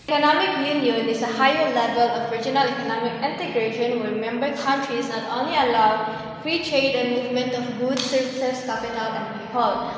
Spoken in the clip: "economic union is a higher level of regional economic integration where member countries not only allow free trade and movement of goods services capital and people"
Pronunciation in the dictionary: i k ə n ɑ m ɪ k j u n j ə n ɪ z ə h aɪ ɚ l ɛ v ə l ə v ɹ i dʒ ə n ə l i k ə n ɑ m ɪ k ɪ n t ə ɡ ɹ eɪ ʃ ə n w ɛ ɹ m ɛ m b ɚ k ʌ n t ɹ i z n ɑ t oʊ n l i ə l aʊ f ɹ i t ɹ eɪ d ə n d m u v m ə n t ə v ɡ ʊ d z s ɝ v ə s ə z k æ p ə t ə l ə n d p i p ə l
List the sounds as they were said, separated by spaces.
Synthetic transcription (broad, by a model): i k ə n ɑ m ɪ k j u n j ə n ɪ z ə h aɪ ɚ l ɛ v ə l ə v ɹ i dʒ ə n ə l i k ə n ɑ m ɪ k ɪ n t ə ɡ ɹ eɪ ʃ ə n w ɛ ɹ m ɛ m b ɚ k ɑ n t ɹ i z n ɑ t oʊ n l i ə l aʊ f ɹ i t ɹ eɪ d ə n m u v m ə n t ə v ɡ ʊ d s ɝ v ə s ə s k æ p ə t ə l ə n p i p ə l